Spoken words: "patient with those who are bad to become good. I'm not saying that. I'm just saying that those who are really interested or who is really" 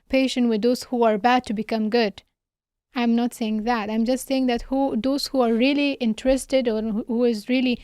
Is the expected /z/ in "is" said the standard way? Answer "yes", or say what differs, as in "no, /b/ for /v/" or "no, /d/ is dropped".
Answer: yes